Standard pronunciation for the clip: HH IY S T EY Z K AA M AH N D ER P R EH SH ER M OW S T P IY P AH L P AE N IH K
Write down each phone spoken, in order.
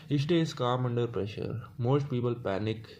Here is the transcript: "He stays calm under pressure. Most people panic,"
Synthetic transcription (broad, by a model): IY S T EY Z K AA M AH N D ER P R EH SH ER M OW S T P IY P AH L P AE N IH K